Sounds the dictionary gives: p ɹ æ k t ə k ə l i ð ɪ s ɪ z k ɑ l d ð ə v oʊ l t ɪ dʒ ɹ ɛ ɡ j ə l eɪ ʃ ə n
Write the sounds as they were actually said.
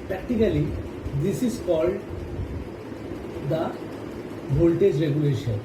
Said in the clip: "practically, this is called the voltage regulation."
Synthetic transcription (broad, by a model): p ɹ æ k t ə k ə l i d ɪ s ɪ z k ɑ l d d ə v oʊ l t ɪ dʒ ɹ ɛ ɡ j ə l eɪ ʃ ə n